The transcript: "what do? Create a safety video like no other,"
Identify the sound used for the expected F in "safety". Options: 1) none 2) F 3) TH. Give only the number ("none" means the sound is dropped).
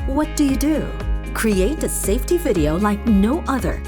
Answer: 2